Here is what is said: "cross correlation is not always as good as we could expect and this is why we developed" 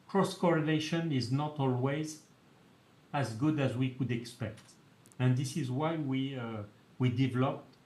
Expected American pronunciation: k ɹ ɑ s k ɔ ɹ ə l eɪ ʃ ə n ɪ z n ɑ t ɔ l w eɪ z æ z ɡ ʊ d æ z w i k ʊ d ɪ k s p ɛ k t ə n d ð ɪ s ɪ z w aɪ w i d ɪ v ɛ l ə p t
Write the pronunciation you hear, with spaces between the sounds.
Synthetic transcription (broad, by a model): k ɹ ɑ s k ɔ ɹ ə l eɪ ʃ ə n ɪ z n ɑ t ɔ l w eɪ z æ z ɡ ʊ d æ z w i k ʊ d ɪ k s p ɛ k t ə n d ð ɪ s ɪ z w aɪ w i d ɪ v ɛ l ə p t